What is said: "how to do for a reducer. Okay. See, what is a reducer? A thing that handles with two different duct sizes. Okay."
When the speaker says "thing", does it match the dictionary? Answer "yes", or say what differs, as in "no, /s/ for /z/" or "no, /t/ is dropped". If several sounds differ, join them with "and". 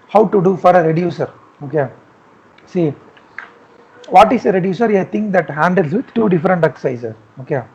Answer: no, /t/ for /θ/